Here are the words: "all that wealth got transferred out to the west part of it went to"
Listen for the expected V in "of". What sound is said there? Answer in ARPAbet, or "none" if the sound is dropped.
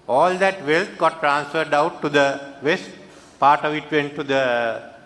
V